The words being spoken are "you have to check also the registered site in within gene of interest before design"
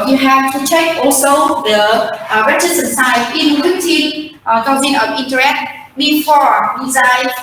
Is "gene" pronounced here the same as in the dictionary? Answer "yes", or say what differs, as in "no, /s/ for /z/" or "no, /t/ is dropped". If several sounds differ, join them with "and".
no, /z/ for /dʒ/